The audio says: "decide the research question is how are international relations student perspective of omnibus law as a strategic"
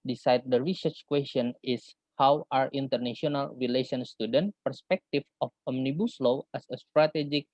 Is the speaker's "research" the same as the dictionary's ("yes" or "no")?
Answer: yes